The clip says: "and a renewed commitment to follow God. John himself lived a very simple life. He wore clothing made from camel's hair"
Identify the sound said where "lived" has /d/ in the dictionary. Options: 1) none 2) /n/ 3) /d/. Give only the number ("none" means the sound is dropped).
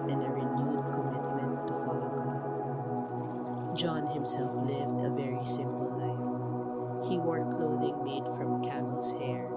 3